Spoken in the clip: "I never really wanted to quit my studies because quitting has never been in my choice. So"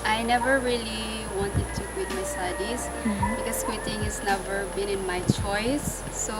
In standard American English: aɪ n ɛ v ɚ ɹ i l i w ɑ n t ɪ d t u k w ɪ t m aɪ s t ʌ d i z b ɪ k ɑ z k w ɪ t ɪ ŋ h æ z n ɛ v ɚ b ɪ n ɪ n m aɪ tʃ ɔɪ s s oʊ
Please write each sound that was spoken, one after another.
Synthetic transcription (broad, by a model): aɪ n ɛ v ɚ ɹ i l i w ɑ n t ɪ d t u k w ɪ t m aɪ s t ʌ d i s b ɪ k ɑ s k w ɪ t ɪ ŋ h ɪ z n ɛ v ɚ b ɪ n ɪ n m aɪ tʃ ɔɪ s s oʊ